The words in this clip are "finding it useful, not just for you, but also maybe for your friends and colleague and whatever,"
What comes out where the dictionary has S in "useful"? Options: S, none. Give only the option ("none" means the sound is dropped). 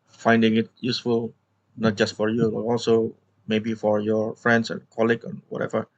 S